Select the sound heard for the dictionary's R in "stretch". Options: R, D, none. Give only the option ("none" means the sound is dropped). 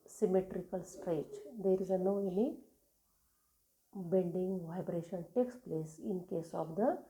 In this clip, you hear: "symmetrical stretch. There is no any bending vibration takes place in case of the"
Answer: R